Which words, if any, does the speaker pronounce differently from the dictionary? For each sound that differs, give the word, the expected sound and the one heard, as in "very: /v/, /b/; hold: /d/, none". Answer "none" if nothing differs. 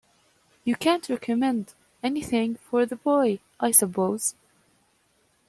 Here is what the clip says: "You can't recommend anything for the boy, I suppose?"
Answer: none